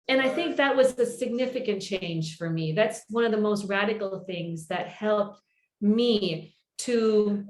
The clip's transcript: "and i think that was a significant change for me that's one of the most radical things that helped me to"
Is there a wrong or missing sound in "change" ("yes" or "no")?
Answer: yes